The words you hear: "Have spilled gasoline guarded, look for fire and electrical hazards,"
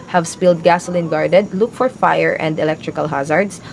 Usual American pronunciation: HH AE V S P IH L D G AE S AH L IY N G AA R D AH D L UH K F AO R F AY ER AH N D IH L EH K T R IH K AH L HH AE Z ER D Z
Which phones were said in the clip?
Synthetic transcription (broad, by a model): HH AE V S P IH L D G AE S AH L IY N G AA R D AH D L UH K F AO R F AY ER AH N D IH L EH K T R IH K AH L HH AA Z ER D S